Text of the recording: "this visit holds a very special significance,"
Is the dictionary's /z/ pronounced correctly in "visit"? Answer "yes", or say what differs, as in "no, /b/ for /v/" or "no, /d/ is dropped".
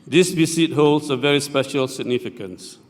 no, /s/ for /z/